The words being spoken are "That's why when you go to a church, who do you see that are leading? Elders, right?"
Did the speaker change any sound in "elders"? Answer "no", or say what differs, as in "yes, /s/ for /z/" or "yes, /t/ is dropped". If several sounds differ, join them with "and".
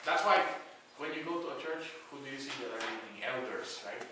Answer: yes, /s/ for /z/